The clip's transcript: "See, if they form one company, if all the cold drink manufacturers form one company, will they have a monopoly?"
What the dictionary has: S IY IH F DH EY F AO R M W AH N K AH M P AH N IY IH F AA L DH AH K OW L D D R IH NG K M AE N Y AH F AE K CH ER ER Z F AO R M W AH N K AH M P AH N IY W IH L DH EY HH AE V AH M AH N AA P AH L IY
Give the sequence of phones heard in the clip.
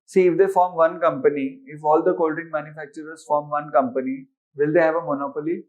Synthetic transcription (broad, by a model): S IY IH F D EY F AO R M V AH N K AH M P AH N IY IH F AA L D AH K OW L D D IH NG M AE N Y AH F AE K CH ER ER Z F AO R M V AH N K AH M P AH N IY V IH L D EY HH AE V AH M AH N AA P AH L IY